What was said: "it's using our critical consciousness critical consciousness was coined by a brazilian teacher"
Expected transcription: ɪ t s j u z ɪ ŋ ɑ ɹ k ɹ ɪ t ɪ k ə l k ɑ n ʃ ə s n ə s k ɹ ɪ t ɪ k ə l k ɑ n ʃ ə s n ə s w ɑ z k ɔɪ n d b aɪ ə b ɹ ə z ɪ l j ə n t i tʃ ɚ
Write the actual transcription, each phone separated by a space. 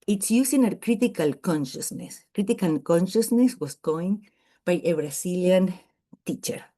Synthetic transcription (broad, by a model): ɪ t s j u s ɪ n ɑ ɹ k ɹ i t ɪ k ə l k ɑ n ʃ ə s n ə s k ɹ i t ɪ k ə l k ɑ n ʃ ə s n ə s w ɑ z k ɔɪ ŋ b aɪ ə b ɹ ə s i l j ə n t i tʃ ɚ